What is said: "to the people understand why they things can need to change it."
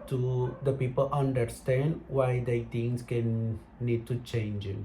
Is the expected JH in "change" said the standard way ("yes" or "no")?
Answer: yes